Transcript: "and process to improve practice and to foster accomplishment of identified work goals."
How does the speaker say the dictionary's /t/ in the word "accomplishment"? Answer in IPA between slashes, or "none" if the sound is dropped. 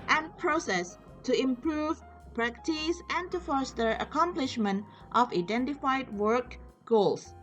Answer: /t/